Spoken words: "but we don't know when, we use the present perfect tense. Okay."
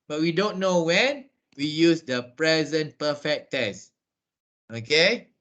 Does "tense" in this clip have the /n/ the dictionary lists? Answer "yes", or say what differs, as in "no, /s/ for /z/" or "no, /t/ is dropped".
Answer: no, /n/ is dropped